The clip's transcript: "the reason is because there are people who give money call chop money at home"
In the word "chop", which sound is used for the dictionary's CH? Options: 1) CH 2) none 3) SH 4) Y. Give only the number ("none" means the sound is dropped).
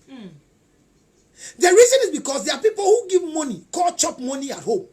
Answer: 1